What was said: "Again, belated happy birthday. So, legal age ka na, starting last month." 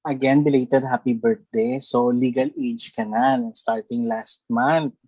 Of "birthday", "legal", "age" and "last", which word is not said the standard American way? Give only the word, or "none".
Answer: birthday